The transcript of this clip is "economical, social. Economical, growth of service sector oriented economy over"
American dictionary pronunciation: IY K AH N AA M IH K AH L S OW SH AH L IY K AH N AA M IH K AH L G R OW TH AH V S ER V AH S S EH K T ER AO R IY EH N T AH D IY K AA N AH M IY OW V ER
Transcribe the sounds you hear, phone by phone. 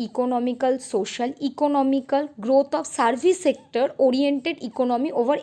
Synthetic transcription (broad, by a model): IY K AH N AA M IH K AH L S OW SH AH L IY K AH N AA M IH K AH L G R OW T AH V S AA B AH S S EH K T ER AO R IY EH N T AH D IY K AA N AH M IY OW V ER